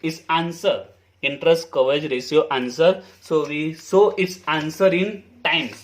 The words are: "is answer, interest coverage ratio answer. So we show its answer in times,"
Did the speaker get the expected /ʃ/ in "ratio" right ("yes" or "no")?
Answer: no